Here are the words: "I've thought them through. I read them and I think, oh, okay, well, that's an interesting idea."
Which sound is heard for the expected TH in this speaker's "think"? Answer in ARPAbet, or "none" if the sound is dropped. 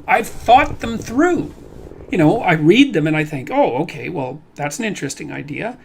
TH